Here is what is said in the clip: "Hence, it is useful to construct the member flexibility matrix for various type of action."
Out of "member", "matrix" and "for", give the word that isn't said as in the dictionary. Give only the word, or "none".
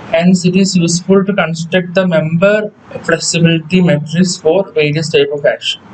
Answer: matrix